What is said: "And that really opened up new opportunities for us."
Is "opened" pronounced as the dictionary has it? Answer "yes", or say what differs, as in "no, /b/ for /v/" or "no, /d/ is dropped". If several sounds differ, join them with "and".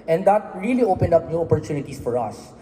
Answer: yes